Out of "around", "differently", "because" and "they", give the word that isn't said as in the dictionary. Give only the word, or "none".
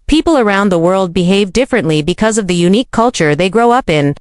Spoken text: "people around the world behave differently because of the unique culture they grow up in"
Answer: none